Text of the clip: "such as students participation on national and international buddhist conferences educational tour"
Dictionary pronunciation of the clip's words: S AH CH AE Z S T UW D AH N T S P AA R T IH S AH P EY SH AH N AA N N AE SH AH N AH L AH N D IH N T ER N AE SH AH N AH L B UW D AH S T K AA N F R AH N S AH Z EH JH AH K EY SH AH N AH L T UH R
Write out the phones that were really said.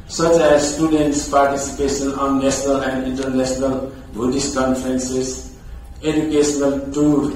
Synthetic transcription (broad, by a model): S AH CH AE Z S T UW D AH N T S P AA R T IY S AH P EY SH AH N AA N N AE S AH N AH L AH N D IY N T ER N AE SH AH N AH L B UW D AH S K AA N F R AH N S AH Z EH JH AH K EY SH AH N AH L T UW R